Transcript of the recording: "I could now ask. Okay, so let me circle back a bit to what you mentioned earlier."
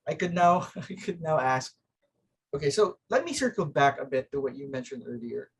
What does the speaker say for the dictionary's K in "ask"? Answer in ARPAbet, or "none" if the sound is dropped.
K